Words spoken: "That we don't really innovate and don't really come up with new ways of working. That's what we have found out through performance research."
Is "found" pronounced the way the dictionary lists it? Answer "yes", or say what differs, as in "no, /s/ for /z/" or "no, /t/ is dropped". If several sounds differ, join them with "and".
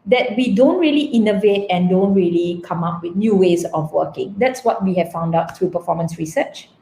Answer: yes